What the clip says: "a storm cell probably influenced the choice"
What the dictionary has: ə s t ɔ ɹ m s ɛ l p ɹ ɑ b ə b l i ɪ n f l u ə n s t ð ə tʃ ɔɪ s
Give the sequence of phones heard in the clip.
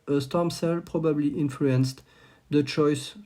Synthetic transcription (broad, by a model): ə s t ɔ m s ɛ l p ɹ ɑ b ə b l i ɪ n f l u ə n s t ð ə tʃ ɔɪ s